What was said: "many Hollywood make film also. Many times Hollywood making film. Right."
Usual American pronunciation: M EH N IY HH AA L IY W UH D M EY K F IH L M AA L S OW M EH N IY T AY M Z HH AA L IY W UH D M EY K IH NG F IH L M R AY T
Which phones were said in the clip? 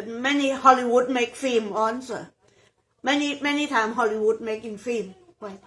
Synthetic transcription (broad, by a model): M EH N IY HH AA L IY W UH D M EY K F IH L M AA N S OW M EH N IY T AY M HH AA L IY W UH D M EY K IH NG F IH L M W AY